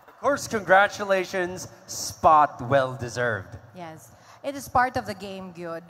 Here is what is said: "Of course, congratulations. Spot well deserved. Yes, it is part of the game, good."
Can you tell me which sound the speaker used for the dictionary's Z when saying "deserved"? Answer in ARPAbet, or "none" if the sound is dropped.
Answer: Z